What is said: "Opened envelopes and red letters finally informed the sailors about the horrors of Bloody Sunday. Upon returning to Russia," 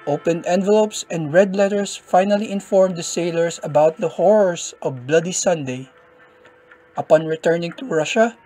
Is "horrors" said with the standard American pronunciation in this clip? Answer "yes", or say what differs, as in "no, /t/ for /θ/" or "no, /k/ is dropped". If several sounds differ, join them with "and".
no, /s/ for /z/